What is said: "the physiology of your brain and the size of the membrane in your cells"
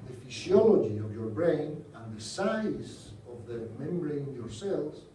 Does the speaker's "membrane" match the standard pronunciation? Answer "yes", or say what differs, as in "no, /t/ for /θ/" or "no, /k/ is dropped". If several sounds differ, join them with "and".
no, /ɹ/ is dropped